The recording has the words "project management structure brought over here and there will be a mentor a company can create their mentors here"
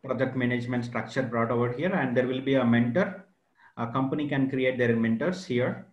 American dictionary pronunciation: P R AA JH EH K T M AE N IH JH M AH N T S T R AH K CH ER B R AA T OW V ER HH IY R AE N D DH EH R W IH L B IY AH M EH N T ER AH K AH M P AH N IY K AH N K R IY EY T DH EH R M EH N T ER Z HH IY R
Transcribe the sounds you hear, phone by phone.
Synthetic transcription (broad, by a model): P R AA JH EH K T M AE N IH JH M AH N T S T R AH K CH ER B R AA T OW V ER HH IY R AE N D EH R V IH L B IY AH M EH N T ER AH K AH M P AH N IY K AH N K R IY EY T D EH R M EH N T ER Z HH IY R